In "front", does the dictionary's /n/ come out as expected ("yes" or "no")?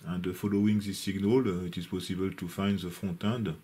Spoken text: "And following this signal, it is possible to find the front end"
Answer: no